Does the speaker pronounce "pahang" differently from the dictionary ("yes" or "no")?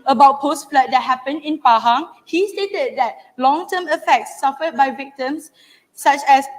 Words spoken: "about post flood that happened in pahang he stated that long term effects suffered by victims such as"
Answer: no